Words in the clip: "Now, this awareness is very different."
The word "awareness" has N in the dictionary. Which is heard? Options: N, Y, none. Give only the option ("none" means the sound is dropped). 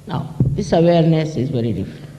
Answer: N